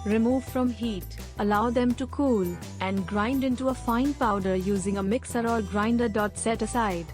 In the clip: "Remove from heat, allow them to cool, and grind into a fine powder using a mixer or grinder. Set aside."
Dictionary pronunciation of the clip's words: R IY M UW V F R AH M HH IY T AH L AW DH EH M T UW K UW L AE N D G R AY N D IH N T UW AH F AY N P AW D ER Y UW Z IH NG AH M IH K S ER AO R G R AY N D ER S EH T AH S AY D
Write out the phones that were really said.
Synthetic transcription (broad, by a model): R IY M UW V F R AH M HH IY T AH L AW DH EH M T UW K UW L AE N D G R AY N D IH N T UW AH F AY N P AW D ER Y UW Z IH NG AH M IH K S ER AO L G R AY N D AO S EH T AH S AY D